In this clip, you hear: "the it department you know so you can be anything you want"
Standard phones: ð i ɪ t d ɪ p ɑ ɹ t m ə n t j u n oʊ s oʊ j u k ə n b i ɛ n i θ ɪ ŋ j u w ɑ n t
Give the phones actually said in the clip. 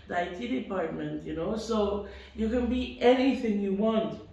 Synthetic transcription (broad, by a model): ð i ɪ t d ɪ p ɑ ɹ t m ə n t j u n oʊ s oʊ j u k ə n b i ɛ n i θ ɪ ŋ j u w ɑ n t